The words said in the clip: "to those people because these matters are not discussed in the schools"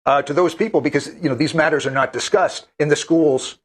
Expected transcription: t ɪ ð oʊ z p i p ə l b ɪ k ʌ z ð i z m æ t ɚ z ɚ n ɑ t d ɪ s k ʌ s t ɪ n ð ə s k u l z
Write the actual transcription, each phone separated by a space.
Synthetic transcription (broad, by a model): t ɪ ð oʊ z p i p l b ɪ k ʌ z ð i z m æ t ɚ z ɚ n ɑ t d ɪ s k ʌ s t ɪ n ð ə s k u l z